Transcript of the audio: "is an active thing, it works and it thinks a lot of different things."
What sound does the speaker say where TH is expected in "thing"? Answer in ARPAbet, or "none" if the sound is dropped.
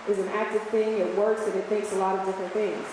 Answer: TH